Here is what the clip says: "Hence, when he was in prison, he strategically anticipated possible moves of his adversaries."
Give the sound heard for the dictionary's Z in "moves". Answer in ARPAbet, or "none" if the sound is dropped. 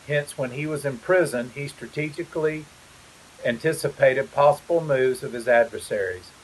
Z